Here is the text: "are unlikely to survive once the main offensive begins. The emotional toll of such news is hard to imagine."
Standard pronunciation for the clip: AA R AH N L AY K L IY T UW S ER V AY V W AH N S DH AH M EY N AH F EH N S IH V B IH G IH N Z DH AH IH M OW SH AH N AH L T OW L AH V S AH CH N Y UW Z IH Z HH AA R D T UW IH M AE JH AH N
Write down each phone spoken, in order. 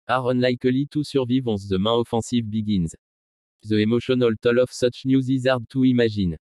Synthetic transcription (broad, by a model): AA R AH N L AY K L IY T UW S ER V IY V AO S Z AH M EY AH F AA S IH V B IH G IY N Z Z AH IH M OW SH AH N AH L T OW L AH F S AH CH N Y UW Z IH Z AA R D T UW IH M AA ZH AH N